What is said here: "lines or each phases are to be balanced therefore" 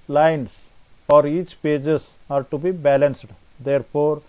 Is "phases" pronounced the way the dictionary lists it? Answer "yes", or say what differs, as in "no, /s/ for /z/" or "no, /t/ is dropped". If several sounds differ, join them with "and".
no, /p/ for /f/